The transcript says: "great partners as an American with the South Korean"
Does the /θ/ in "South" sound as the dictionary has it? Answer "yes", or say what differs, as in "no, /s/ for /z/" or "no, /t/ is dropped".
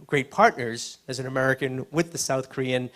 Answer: yes